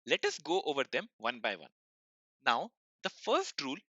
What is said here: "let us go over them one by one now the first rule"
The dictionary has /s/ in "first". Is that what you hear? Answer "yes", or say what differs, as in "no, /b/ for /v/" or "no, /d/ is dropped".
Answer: yes